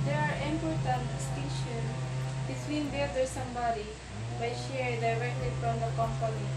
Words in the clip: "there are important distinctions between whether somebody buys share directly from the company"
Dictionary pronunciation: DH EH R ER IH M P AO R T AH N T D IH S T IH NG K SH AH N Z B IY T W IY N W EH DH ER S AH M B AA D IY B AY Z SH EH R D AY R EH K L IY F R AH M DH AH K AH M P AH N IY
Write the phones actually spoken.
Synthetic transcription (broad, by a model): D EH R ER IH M P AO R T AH N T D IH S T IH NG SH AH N B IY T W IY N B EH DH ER S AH M B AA D IY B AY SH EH R D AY R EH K L IY F R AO M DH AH K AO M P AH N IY